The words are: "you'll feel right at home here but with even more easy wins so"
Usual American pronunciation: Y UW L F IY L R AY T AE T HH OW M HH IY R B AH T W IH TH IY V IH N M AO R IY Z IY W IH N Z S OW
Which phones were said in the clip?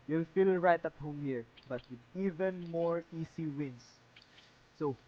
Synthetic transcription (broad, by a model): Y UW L F IY L R AY T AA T HH OW M HH IY R B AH T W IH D IY V IH N M AO R IY S IY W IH N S OW